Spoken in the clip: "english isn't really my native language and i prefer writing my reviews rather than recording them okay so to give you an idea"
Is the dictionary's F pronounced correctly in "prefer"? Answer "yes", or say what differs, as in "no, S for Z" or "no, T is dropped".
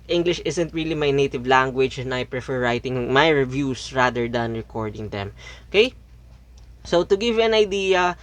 yes